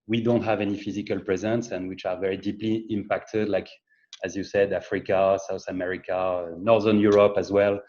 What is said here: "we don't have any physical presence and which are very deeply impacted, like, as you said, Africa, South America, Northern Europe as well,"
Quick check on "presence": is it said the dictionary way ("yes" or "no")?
yes